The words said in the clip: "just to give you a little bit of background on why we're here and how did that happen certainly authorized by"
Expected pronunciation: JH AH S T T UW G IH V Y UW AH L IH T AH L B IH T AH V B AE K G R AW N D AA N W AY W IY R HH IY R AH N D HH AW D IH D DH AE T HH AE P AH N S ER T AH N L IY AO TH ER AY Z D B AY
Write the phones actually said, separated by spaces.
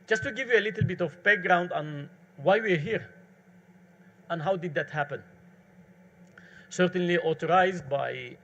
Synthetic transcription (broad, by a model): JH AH S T T UW G IH V Y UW AH L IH T L B IH T AH V B AE K G R AW N D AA N W AY W IY R HH IY R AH N HH AW D IH D DH AE T HH AE P AH N S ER T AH N L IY AO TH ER AY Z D B AY